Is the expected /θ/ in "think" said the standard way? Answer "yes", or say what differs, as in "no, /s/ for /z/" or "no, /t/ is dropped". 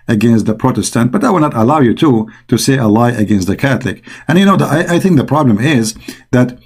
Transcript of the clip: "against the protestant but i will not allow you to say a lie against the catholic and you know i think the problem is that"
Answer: yes